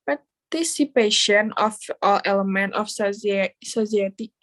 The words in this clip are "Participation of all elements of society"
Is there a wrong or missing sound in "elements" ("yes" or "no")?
yes